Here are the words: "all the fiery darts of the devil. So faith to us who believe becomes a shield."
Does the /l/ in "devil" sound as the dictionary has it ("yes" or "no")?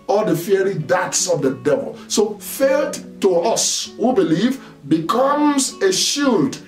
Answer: yes